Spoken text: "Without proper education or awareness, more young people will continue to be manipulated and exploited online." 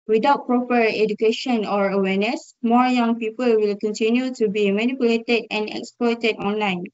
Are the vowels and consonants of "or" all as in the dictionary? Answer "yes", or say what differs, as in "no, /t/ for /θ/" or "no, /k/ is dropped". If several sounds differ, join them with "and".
yes